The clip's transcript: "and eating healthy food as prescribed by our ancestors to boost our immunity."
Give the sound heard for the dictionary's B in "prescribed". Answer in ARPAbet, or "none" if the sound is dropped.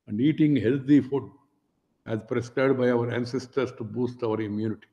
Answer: none